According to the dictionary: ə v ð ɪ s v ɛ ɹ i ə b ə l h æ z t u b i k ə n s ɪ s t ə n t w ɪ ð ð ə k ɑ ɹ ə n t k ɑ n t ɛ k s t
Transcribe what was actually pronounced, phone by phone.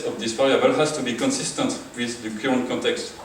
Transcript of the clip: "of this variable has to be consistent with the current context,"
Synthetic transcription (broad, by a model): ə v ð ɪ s f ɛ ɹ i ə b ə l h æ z t u b i k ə n s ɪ s t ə n t w ɪ ð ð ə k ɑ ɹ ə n k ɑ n t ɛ k s t